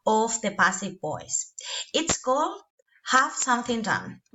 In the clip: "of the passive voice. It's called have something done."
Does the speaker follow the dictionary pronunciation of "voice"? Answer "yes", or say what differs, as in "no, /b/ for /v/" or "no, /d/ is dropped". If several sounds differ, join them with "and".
no, /b/ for /v/